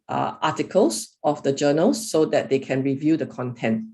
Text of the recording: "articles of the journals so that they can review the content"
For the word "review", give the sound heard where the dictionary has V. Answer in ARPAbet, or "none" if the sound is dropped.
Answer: V